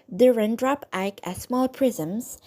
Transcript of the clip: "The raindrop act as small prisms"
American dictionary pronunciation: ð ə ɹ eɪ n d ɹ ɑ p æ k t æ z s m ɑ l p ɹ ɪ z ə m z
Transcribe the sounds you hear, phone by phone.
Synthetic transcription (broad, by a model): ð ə ɹ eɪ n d ɹ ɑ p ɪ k æ s m ɑ l p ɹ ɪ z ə m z